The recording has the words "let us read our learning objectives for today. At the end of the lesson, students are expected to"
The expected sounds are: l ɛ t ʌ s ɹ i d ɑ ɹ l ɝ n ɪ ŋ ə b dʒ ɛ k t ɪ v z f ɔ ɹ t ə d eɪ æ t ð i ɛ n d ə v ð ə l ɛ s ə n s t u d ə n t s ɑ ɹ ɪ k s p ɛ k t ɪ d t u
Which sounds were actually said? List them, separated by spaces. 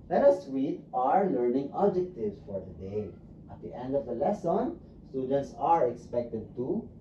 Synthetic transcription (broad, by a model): l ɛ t ʌ s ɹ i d ɑ ɹ l ɝ n ɪ ŋ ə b dʒ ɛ k t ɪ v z f ɔ ɹ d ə d eɪ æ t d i ɛ n d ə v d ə l ɛ s ə n s t u d ə n t s ɑ ɹ ɪ k s p ɛ k t ɪ d t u